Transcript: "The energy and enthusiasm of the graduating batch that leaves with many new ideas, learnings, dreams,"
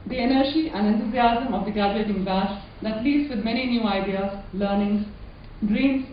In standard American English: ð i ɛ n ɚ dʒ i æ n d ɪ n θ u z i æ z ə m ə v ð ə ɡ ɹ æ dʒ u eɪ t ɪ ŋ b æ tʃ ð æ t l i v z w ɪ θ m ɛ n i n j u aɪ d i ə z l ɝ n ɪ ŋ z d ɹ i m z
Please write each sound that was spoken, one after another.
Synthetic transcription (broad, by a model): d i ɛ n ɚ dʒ i æ n d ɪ n t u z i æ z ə m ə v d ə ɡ æ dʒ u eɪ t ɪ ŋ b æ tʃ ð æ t l i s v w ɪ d m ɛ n i n j u aɪ d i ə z l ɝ n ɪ ŋ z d ɹ i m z